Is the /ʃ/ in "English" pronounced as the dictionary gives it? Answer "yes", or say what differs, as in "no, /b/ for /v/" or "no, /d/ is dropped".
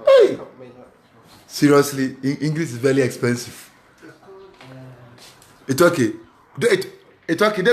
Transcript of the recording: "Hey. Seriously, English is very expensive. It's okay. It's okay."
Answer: no, /s/ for /ʃ/